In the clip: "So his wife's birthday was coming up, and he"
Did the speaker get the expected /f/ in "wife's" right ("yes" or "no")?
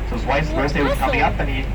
no